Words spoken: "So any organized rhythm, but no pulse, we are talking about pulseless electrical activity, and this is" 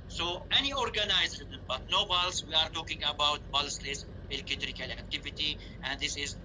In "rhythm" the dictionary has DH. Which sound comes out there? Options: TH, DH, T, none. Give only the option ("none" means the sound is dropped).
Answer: none